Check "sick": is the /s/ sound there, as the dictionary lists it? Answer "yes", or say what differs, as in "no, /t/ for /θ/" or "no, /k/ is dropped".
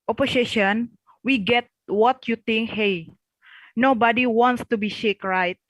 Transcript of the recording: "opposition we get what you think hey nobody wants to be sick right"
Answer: no, /ʃ/ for /s/